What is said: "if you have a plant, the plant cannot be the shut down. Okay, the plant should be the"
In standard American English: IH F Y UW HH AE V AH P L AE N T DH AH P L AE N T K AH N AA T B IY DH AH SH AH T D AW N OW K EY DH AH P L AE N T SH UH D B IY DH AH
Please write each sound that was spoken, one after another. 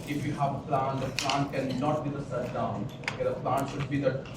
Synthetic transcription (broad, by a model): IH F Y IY HH AE V AH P L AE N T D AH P L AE N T K AH N AA T B IY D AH S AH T D AW N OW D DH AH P L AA N T SH UH D B IY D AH